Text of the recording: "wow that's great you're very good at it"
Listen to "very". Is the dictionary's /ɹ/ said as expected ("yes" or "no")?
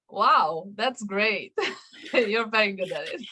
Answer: no